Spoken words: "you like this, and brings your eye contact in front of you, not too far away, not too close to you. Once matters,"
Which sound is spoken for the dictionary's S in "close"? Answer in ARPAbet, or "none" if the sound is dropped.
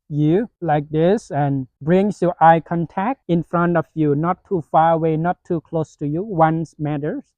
S